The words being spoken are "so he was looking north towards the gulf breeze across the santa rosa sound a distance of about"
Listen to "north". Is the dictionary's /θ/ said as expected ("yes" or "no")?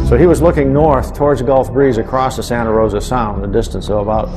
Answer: yes